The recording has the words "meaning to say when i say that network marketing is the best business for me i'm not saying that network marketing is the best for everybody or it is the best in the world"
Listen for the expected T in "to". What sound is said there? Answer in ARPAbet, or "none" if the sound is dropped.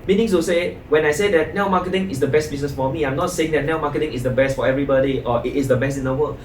S